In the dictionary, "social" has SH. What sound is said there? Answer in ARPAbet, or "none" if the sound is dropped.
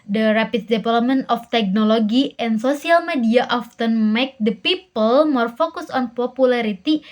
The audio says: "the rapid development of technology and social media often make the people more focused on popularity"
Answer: S